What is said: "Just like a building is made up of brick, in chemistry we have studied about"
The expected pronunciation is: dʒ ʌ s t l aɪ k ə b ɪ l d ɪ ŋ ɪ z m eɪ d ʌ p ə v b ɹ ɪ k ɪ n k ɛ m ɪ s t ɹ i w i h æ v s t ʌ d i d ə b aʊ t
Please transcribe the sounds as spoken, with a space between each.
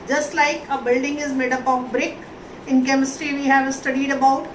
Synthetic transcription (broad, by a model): dʒ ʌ s t l aɪ k ə b ɪ l d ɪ ŋ ɪ z m eɪ d ʌ p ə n b ɹ ɪ k ɪ n k ɛ m ɪ s t ɹ i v i h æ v s t ʌ d i d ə b aʊ t